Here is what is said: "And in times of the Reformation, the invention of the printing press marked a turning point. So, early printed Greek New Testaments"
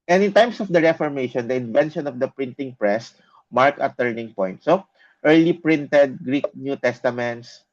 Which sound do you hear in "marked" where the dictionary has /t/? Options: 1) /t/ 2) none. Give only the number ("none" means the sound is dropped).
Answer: 2